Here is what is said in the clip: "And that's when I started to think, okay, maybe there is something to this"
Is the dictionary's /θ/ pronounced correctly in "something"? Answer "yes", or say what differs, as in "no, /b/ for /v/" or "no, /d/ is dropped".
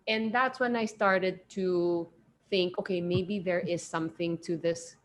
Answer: yes